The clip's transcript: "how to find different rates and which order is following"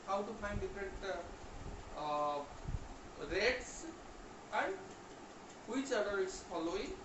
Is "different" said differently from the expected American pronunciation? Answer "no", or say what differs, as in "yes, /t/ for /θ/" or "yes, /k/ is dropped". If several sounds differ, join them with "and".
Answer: yes, /n/ is dropped